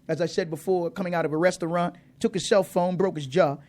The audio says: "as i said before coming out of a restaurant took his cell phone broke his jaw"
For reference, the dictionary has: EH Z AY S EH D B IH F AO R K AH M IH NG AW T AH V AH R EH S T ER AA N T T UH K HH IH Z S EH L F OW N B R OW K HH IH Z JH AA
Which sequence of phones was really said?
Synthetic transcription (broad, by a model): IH Z AY S EH D B IH F AO R K AH M IH NG AW T AH V AH R EH S T ER AA N T T UH K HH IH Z S EH L F OW N B R OW K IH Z JH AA